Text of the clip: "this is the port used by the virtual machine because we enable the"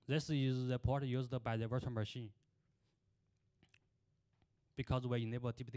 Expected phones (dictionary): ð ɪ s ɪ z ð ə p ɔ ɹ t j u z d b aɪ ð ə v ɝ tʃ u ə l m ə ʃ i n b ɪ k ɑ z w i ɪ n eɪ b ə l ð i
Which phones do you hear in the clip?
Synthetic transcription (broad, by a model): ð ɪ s ɪ z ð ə p ɔ ɹ t j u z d b aɪ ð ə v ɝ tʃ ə n m ə ʃ i n b ɪ k ɑ z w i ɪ n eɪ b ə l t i